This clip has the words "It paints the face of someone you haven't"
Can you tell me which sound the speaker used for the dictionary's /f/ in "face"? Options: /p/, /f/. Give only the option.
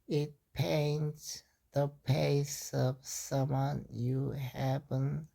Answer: /p/